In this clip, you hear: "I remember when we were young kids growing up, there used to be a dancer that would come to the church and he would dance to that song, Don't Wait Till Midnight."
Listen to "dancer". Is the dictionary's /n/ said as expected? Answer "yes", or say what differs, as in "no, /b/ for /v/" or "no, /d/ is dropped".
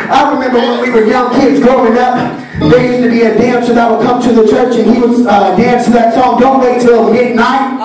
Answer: yes